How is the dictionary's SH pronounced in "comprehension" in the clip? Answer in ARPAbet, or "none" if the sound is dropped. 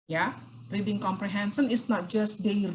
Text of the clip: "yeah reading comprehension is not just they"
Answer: S